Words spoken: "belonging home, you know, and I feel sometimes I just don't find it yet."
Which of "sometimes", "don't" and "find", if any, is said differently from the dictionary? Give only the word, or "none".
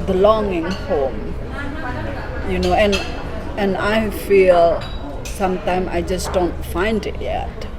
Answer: sometimes